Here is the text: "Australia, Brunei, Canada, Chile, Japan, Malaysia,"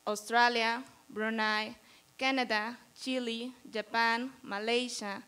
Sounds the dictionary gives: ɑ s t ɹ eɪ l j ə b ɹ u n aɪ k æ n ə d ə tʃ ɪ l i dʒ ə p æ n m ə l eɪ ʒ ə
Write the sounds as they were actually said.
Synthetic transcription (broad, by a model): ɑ s t ɹ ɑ l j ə b ɹ u n aɪ k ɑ n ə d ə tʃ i l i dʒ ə p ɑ n m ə l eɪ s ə